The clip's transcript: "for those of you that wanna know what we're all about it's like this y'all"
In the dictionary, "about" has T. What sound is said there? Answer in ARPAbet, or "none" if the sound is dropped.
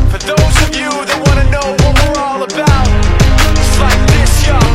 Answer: none